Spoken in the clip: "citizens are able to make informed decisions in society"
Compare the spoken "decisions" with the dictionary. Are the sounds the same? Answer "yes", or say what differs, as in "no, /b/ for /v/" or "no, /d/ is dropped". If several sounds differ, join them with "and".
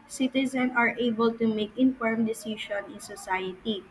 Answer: no, /ʃ/ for /ʒ/ and /z/ is dropped